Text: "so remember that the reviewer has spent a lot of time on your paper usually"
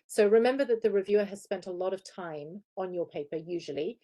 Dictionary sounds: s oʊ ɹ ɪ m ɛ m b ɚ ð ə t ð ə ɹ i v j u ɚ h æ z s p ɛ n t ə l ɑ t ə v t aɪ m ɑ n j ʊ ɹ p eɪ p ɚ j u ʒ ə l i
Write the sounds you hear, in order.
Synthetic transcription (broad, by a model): s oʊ ɹ ɪ m ɛ m b ɚ ð ə t ð ə ɹ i v j u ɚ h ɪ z s p ɛ n t ə l ɑ t ə v t aɪ m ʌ n j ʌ ɹ p eɪ p ɚ j u ʒ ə l i